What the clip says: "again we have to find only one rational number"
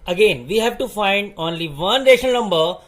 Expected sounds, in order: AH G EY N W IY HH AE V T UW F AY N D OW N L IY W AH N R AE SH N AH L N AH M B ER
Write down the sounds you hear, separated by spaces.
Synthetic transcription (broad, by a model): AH G EY N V IY HH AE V T UW F AY N D OW N L IY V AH N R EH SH AH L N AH M B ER